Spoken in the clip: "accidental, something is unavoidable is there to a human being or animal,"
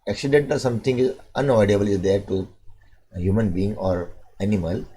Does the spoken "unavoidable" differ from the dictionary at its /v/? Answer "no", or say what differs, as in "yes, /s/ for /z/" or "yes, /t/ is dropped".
yes, /v/ is dropped